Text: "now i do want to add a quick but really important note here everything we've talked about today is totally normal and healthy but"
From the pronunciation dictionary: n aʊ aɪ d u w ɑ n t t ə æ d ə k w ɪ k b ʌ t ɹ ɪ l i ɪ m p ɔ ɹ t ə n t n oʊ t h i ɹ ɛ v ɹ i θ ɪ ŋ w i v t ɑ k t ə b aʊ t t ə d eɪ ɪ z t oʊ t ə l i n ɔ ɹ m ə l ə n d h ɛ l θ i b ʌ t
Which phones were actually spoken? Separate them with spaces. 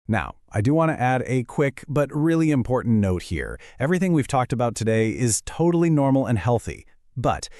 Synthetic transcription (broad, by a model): n aʊ aɪ d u w ɑ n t t æ d ə k w ɪ k b ʌ t ɹ ɪ l i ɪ m p ɔ ɹ t n n oʊ t h i ɹ ɛ v ɹ i θ ɪ ŋ w i v t ɑ k t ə b aʊ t t ə d eɪ ɪ z t oʊ t l i n ɔ ɹ m l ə n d h ɛ l θ i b ʌ t